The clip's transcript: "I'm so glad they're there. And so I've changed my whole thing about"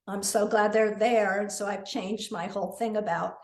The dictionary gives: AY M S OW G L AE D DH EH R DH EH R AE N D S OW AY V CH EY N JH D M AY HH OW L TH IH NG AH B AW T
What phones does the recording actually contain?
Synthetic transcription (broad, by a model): AY M S OW G L AE D DH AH R DH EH R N S OW AY V CH EY N JH D M AY HH OW L TH IH NG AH B AW T